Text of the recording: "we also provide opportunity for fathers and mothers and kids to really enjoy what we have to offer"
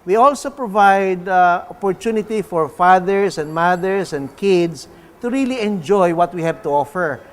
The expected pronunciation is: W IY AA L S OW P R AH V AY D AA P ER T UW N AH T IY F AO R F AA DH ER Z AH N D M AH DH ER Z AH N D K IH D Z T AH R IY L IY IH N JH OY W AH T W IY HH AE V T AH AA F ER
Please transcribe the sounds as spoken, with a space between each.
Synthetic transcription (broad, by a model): W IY AA L S OW P R AH V AY D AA P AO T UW N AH T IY F AO R F AA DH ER S AH N D M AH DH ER S AH N D K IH D S T AH R IY L IY IH N JH OY W AH T W IY HH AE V T AH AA F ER